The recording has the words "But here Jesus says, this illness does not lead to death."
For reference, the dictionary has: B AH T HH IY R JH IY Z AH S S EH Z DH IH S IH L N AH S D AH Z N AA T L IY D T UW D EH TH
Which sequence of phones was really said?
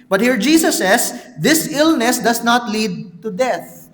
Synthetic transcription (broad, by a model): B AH T HH IY R JH IY S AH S S EH S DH IH S IH L N AH S D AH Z N AA T L IY D T UW D EH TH